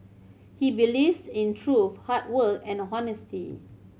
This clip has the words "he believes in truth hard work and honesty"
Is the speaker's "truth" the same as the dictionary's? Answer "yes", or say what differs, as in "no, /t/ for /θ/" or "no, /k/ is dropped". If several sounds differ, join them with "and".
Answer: no, /f/ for /θ/